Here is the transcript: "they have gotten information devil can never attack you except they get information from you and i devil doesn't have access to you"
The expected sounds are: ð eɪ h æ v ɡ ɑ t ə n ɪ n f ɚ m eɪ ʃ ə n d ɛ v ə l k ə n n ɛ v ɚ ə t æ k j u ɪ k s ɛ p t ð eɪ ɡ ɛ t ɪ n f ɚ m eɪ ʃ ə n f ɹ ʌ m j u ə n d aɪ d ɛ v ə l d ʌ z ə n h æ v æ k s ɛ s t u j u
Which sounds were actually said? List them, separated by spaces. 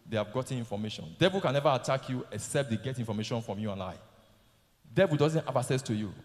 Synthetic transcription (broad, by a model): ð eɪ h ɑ v ɡ ɑ t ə n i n f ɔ m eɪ ʃ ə n d ɛ v ə l k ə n n ɛ v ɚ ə t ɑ k j u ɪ k s ɛ p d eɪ ɡ ɛ t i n f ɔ m eɪ ʃ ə n f ɹ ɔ m j u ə n aɪ d ɛ v ə l d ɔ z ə n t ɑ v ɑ s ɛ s t u j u